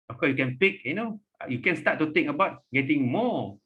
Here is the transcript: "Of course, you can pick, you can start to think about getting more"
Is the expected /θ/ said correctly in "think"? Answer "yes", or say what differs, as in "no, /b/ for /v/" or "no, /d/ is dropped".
no, /t/ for /θ/